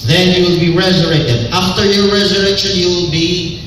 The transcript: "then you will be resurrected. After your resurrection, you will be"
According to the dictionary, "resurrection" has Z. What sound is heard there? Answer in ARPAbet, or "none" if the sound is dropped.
Z